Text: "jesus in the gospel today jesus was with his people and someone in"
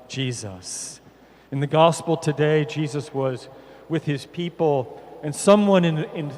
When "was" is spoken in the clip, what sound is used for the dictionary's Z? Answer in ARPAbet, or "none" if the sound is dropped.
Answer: Z